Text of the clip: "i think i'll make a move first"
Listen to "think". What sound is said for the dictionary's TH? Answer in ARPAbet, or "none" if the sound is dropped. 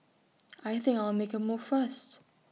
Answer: TH